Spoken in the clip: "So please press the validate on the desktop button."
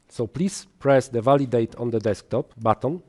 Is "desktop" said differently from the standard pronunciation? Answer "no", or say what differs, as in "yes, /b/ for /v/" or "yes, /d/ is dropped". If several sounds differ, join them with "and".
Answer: no